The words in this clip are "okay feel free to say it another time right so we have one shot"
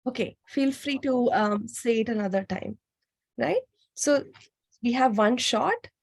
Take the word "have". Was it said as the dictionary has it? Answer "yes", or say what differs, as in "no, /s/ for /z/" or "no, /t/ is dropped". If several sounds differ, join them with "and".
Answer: yes